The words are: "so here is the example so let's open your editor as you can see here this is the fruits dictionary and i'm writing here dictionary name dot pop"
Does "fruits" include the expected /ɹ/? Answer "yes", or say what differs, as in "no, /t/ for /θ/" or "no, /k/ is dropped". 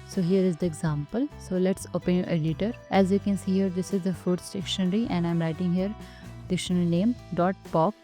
no, /ɹ/ is dropped